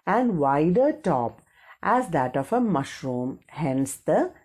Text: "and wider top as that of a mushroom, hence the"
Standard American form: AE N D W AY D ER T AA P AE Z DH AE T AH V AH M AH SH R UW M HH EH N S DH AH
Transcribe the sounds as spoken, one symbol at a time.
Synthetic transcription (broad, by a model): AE N D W AY D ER T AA P AE Z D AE T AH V AH M AH SH R UW M HH EH N S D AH